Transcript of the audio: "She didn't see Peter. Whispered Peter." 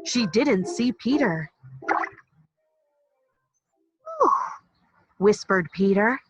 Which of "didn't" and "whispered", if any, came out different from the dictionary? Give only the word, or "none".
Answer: none